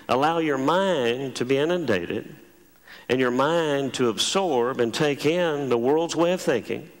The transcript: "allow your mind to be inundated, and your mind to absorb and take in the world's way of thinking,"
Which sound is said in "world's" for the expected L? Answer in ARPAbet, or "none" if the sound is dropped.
L